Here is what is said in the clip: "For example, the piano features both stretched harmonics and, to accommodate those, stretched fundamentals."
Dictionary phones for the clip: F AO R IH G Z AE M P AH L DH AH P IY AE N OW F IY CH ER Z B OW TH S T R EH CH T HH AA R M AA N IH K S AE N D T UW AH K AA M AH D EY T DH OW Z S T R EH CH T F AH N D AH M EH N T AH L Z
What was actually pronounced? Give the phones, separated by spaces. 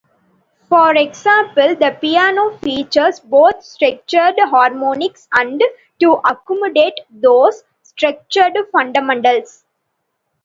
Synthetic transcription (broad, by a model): F AO R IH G S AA M P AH L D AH P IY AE N OW F IY CH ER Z B OW T S T R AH CH T HH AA R M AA N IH K S AE N D T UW AH K AA M AH D EY T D OW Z S T R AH CH T F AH N D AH M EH N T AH L S